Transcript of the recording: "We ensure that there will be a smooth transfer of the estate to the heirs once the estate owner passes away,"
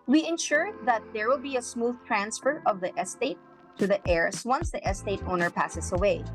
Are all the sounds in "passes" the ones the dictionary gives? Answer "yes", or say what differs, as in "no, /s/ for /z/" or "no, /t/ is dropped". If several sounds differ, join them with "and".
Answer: no, /s/ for /z/